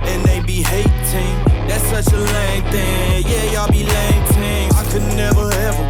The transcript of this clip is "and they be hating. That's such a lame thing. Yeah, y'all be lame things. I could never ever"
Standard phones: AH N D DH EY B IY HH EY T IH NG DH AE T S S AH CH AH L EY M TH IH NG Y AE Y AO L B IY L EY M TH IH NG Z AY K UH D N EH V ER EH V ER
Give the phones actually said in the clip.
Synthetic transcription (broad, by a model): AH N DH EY B IY HH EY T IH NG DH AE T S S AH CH AH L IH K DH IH Y AE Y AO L B IY L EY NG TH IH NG AY K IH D N EH V ER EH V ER